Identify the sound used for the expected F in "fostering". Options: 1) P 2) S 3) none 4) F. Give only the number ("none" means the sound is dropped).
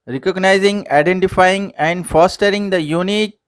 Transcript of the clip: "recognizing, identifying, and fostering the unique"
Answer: 4